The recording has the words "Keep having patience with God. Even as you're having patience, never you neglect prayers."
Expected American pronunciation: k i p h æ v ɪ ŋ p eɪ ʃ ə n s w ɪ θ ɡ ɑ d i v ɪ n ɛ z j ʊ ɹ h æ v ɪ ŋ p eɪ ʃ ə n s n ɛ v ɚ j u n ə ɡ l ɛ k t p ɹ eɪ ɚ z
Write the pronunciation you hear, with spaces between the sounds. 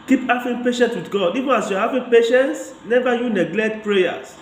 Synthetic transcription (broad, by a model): k i p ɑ f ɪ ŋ p eɪ ʃ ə n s w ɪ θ ɡ ɑ d i v ɪ n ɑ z j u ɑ h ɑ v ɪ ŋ p eɪ ʃ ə n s n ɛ v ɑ j u n ə ɡ l ɛ k t p ɹ eɪ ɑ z